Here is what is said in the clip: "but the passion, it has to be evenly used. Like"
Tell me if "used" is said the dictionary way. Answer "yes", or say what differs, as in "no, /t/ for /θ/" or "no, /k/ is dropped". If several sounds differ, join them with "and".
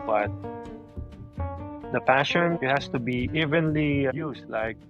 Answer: no, /s/ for /z/